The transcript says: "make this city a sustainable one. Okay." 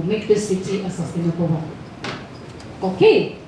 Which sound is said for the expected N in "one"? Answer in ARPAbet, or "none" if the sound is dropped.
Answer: none